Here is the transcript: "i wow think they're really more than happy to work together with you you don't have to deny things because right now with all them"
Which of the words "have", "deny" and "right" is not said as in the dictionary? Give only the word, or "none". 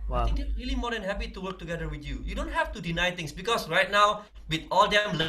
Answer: have